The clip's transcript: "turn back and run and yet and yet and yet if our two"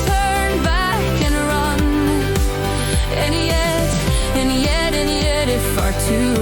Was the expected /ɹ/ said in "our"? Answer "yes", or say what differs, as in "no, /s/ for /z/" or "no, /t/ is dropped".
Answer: yes